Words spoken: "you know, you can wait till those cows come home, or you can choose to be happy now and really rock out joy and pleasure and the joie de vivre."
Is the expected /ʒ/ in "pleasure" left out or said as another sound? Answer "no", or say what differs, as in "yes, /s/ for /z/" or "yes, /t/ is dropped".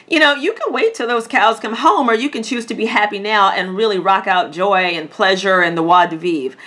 no